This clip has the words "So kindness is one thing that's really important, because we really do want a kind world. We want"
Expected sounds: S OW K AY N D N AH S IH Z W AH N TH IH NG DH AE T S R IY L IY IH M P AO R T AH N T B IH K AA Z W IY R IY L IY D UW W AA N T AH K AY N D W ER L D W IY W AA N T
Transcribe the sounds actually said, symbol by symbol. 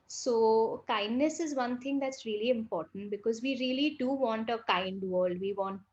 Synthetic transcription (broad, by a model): S OW K AY N D N AH S IH Z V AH N T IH NG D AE T S R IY L IY IH M P AO R T AH N T B IH K AA Z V IY R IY L IY D UW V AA N T AH K AY N D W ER L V IY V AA N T